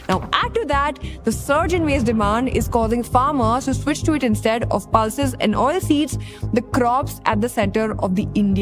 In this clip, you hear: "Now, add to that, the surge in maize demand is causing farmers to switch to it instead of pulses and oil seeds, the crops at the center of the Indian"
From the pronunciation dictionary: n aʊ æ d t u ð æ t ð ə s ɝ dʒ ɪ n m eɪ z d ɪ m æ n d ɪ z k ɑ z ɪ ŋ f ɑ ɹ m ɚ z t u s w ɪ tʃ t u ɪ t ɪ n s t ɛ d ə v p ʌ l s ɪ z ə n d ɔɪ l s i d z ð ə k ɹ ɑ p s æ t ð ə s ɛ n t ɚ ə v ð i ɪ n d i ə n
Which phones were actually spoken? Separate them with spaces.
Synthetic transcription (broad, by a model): n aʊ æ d t u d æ t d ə s ɝ dʒ ɪ n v eɪ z d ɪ m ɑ n d ɪ z k ɑ z ɪ ŋ f ɑ ɹ m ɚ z t u s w ɪ tʃ t u ɪ t ɪ n s t ɛ d ə v p ʌ l s ɪ z ə n d ɔɪ l s i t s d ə k ɹ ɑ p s æ t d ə s ɛ n t ɚ ə v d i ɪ n d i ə